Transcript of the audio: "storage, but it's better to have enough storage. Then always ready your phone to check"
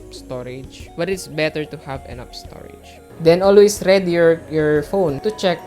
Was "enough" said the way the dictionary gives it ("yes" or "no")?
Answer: no